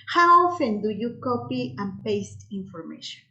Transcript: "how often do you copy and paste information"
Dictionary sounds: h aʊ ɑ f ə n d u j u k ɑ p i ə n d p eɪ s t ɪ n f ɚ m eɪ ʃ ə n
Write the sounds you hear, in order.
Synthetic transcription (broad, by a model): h aʊ ɑ f ə n d u j u k ɑ p i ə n p eɪ s t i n f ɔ m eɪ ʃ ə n